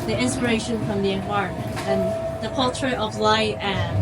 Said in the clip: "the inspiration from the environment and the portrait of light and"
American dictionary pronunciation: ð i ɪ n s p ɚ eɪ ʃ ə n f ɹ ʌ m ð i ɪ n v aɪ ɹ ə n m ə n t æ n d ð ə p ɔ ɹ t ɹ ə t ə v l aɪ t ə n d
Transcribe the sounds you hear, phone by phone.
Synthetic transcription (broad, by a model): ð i ɪ n s p ɚ eɪ ʃ ə n f ɹ ʌ m ð i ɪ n aɪ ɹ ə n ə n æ n ð ə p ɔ l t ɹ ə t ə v l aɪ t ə